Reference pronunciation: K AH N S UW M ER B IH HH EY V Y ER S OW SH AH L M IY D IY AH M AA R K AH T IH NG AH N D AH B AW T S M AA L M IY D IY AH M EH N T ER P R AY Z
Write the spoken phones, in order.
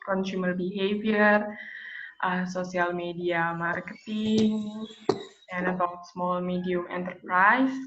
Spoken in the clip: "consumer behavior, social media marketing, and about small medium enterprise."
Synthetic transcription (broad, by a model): K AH N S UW M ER B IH HH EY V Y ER S OW S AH L M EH D IY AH M AA R K AH T IH NG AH N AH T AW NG S M AA L M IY D IY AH M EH N T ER P R AY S